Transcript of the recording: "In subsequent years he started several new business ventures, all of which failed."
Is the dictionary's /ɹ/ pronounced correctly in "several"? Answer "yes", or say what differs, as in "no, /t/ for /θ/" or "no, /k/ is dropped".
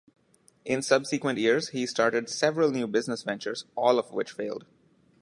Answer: yes